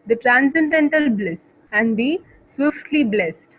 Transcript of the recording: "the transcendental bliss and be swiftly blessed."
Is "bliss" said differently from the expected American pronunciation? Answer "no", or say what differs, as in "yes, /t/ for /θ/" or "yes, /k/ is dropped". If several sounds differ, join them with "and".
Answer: no